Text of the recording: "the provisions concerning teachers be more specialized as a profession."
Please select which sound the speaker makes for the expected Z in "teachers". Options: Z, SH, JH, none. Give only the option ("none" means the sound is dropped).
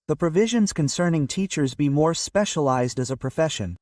Z